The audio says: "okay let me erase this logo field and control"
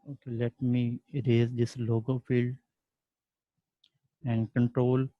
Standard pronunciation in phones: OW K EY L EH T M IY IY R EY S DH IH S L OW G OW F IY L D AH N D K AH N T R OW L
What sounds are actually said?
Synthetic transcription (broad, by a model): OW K L EH T M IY IY R EY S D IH S L OW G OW F IY L D AH N D K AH N T R OW L